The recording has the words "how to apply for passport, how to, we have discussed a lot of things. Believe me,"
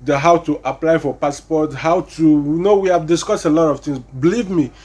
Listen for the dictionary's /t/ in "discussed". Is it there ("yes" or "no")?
yes